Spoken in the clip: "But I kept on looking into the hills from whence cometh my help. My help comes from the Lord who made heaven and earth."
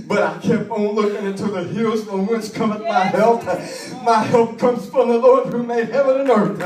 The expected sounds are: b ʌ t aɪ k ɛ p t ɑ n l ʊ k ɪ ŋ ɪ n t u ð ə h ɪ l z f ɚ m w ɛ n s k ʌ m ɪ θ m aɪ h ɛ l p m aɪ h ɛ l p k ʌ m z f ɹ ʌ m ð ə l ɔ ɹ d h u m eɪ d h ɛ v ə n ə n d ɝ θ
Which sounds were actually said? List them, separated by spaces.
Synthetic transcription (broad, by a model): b ʌ t aɪ k ɛ p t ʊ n l ʊ k ɪ ŋ ɪ n t u ð ə h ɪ l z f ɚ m w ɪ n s k ʌ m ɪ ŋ m aɪ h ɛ l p m aɪ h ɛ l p k ʌ m z f ɹ ʌ m ð ə l ɔ ɹ d h u m eɪ d h ɛ v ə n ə n ɝ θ